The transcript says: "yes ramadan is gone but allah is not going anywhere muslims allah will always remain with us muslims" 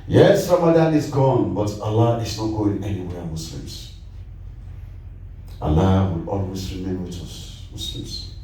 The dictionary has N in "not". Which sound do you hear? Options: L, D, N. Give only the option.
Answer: N